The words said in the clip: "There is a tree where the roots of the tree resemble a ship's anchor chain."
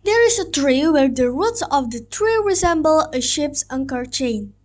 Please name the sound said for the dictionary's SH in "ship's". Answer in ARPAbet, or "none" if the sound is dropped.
SH